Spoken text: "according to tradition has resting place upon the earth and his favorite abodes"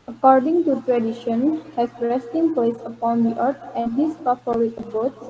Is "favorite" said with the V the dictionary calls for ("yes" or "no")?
no